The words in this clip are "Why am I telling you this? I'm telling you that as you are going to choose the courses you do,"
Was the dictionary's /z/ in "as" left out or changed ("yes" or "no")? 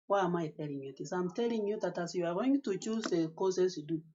yes